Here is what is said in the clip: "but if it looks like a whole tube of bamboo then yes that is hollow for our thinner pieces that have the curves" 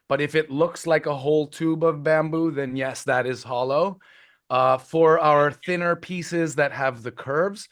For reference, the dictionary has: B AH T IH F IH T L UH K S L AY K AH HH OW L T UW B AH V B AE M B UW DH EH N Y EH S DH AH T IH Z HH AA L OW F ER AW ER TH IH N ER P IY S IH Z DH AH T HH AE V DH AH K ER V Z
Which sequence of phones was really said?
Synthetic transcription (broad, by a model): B AH T IH F IH T L UH K S L AY K AH HH OW L T UW B AH V B AE M B UW DH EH N Y EH S DH AH T IH Z HH AA L OW F ER AW ER TH IH N ER P IY S IH Z DH AH T HH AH V DH AH K ER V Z